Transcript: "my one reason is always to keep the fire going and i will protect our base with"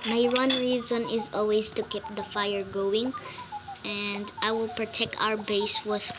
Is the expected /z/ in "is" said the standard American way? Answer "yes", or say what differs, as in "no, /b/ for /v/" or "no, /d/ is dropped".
yes